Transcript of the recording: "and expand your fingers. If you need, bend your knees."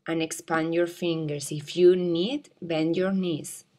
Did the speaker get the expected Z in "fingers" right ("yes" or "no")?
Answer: no